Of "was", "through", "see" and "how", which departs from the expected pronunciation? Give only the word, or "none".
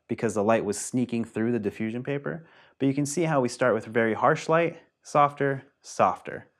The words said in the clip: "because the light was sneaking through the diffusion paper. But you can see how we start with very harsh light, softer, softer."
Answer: none